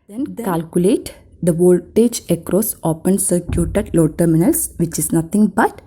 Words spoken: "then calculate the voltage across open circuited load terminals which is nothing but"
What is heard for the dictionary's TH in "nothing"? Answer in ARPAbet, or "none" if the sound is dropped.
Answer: T